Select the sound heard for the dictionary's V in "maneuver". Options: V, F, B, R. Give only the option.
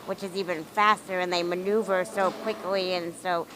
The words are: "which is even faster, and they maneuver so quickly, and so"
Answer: V